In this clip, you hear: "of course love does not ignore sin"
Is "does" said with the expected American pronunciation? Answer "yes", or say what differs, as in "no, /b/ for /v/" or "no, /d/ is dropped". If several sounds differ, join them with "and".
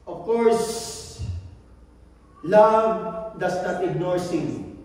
no, /s/ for /z/